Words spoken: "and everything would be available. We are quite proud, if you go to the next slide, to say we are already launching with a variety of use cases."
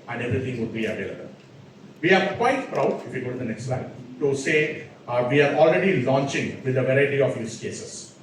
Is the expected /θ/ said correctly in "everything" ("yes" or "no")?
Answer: no